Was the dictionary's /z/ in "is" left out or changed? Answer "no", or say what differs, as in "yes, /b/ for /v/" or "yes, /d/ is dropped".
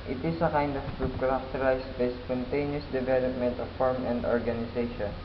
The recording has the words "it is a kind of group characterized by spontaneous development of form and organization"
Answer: yes, /s/ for /z/